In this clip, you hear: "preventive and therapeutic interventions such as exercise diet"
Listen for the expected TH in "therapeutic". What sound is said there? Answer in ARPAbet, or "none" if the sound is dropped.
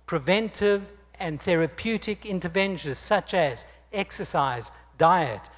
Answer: TH